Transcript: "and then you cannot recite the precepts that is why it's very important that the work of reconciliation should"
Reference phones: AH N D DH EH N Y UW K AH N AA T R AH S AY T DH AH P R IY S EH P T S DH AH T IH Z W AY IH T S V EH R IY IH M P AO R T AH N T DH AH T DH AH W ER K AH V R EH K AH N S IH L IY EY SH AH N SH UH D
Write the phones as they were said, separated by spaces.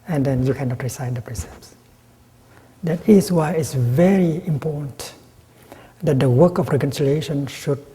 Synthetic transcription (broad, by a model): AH N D EH N Y UW K AH N AA T R AH S AY T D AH P R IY S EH P S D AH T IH S W AY IH T S V EH R IY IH M P AO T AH N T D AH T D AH W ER K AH F R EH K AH N S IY L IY EY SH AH N SH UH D